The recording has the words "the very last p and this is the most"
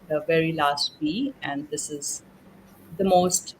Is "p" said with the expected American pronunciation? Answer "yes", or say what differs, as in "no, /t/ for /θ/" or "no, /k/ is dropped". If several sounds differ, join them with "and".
no, /b/ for /p/